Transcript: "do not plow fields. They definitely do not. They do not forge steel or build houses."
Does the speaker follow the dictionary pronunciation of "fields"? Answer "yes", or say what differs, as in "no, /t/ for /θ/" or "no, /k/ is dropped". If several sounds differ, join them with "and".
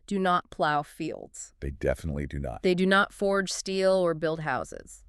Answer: yes